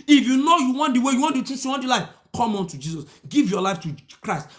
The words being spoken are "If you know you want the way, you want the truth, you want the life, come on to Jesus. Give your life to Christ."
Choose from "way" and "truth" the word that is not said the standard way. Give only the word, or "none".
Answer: truth